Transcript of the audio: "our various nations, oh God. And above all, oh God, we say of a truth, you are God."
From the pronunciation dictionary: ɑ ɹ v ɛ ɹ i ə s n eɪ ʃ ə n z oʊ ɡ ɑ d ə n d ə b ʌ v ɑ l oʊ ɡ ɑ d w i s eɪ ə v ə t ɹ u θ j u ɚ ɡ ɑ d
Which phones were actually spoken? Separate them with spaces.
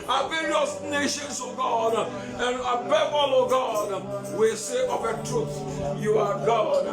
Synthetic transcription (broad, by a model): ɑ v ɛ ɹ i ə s n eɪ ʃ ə n s oʊ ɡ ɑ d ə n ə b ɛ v ɑ l oʊ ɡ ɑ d w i s eɪ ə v ə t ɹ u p j u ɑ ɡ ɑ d